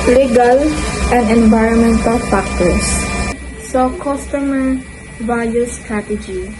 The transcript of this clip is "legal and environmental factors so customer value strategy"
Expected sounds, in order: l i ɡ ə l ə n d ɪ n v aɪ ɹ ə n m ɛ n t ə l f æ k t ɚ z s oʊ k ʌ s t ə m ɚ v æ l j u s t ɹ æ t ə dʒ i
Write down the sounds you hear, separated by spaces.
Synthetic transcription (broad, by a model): l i ɡ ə l ə n d ɪ n v aɪ ɹ ə n m ɛ n t ə l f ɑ k t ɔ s s oʊ k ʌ s t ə m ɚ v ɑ j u s t ɹ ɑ t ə dʒ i